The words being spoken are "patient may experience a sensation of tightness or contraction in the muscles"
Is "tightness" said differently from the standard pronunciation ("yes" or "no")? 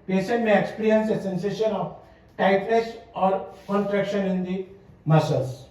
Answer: yes